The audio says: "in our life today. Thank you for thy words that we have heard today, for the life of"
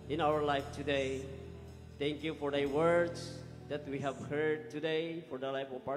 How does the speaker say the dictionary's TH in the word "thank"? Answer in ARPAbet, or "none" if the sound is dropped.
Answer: T